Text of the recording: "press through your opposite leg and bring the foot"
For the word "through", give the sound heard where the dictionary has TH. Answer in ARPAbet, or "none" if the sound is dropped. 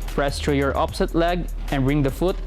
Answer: T